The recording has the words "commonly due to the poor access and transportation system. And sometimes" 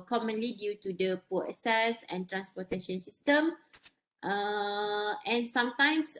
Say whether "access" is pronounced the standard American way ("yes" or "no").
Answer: no